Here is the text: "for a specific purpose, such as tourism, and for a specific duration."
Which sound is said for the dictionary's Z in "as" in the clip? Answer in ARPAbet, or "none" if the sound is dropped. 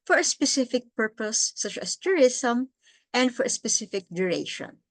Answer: S